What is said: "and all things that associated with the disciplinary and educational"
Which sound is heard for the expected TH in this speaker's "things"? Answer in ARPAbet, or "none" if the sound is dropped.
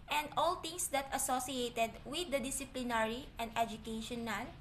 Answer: T